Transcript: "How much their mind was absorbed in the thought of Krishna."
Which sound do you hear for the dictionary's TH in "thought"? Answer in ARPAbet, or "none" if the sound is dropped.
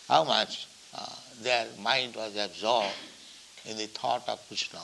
T